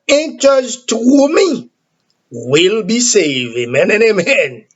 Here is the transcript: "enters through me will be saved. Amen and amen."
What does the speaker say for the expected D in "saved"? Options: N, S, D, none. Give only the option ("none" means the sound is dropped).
none